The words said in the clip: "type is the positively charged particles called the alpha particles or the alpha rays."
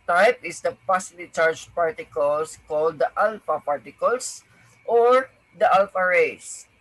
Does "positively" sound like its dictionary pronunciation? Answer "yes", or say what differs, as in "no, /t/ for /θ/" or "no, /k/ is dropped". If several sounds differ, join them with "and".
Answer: no, /v/ is dropped